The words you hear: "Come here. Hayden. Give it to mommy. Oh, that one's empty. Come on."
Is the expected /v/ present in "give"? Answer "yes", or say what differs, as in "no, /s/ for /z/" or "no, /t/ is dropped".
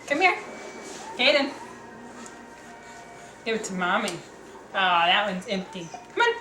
no, /w/ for /v/